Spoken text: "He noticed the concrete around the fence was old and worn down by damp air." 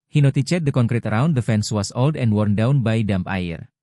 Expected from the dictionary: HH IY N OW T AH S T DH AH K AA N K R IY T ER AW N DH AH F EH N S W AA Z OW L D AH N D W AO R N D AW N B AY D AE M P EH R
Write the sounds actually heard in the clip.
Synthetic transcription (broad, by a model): HH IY N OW T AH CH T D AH K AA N K R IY T ER AW N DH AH F EH N S W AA S OW L D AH N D W AO R N D AW N B AY D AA M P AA R